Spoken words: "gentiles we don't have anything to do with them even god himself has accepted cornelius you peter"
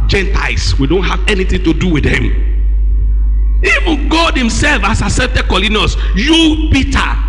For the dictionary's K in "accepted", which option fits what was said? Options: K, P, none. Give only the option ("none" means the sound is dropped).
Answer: none